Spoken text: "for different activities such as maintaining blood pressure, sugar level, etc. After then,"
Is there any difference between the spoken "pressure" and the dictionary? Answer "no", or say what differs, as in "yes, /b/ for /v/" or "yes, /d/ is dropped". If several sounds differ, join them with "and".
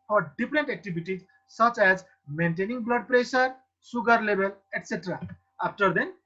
yes, /s/ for /ʃ/